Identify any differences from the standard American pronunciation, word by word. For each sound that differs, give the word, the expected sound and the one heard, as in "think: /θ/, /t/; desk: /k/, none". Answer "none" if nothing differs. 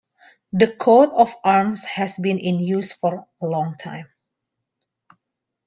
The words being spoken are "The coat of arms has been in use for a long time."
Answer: of: /v/, /f/; arms: /z/, /s/